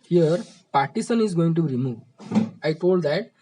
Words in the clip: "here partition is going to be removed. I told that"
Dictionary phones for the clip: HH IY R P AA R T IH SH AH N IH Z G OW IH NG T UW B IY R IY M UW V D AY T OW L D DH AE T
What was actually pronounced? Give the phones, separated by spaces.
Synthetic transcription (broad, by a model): HH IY R P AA R T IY S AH N IH Z G OW IH NG T UW R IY M UW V AY T OW L D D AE T